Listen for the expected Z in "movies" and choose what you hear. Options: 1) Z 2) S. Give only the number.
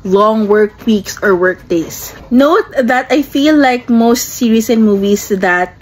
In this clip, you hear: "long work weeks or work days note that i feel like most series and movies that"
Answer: 2